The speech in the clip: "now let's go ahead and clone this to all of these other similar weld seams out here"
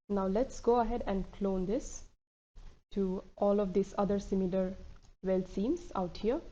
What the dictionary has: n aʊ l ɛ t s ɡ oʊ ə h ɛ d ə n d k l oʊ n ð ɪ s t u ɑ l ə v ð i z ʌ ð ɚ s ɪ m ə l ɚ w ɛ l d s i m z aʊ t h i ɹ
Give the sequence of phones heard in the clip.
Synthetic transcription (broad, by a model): n aʊ l ɛ t s ɡ oʊ ə h ɛ d ə n d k l oʊ n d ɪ s t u ɑ l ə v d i s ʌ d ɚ s ɪ m ə l ɚ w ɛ l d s i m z aʊ t h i ɹ